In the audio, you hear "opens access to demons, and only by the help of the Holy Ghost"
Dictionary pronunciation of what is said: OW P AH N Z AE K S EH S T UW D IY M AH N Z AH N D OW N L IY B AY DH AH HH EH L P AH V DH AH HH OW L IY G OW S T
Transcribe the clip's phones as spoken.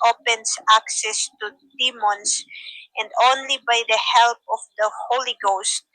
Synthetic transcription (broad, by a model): OW P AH N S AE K S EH S T UW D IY M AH N S AH N D OW N L IY B AY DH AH HH EH L P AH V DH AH HH OW L IY G OW S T